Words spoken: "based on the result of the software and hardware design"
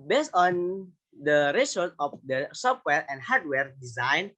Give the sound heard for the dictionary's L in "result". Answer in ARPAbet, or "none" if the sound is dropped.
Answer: none